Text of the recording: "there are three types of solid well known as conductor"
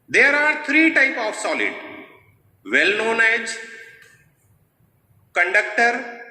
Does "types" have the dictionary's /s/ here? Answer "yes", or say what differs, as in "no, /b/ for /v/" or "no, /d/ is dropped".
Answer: no, /s/ is dropped